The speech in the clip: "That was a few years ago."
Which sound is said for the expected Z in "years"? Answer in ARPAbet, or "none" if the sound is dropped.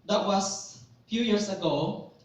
S